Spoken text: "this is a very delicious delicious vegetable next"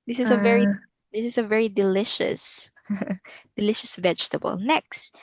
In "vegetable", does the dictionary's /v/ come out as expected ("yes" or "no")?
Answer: yes